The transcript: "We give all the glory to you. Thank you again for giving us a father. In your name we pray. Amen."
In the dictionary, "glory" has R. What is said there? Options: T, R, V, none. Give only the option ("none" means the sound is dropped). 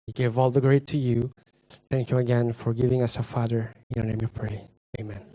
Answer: none